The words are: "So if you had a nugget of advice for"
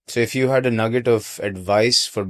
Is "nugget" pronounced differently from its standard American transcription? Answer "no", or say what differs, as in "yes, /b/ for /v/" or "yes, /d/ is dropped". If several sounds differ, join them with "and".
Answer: no